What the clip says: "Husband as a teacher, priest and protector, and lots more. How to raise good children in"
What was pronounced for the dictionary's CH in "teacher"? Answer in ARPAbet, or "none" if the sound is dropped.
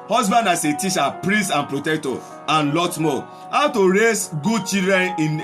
SH